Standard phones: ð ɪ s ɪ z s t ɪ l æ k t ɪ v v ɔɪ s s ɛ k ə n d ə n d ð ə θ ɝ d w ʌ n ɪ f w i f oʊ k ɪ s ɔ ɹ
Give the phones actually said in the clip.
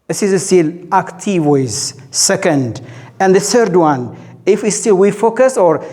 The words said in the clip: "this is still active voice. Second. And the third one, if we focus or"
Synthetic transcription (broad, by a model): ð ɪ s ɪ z s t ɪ l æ k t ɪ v w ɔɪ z s ɛ k ə n d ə n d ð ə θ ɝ d w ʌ n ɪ f w i f oʊ k ɪ s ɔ ɹ